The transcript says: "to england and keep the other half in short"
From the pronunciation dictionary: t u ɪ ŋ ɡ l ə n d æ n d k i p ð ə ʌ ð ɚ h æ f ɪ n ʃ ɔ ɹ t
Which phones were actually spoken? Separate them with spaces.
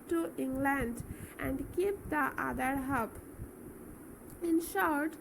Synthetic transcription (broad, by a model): t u ɪ ŋ ɡ l ə n d æ n d k i p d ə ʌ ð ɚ h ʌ p ɪ n ʃ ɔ ɹ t